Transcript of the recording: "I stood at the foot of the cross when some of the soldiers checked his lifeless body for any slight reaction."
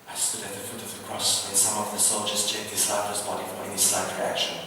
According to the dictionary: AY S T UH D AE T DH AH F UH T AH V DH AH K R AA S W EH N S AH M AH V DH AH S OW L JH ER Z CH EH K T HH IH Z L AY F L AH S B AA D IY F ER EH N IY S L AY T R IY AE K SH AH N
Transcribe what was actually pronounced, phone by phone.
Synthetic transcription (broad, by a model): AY S T UH D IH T DH AH F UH T AH V DH AH K R AA S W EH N S AH M AH V DH AH S OW L JH ER Z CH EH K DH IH S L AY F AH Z B AA D IY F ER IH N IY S L AY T R IY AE K SH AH N